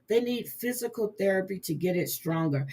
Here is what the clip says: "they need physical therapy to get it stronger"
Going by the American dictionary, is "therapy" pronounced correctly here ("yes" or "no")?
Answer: yes